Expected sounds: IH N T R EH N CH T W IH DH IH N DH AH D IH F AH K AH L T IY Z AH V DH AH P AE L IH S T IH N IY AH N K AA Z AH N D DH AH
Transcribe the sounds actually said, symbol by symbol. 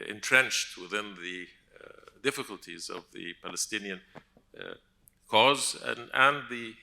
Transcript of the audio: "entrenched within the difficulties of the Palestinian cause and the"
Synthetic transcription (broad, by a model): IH N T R EH N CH T W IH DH IH N DH AH D IH F AH K AH L T IY Z AH V DH AH P AE L IH S T IH N IY AH N K AA Z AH N DH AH